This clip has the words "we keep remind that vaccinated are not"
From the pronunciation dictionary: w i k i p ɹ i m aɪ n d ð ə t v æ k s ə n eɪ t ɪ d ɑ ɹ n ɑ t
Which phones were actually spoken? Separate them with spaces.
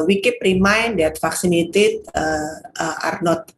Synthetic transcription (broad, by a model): w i k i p ɹ i m aɪ n d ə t f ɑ k s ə n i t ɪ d ɑ ɹ n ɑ t